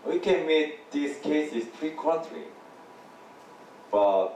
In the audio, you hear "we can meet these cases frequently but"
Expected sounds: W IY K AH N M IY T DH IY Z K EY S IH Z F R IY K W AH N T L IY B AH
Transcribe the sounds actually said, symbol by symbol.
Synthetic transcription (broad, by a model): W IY K AH N M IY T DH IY S K EY S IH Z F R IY K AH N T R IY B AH